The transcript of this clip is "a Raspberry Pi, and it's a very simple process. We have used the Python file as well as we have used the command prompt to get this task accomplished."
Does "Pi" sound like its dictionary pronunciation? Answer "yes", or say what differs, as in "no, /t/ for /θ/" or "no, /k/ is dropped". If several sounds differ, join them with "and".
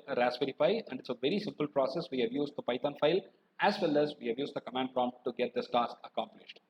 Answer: no, /f/ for /p/